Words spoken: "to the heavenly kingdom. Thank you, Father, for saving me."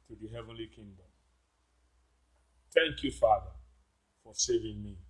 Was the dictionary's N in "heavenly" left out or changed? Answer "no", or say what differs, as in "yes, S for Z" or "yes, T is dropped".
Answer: no